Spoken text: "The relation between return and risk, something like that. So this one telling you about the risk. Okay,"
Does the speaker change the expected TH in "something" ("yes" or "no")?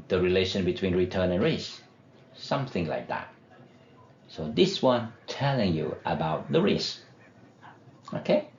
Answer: no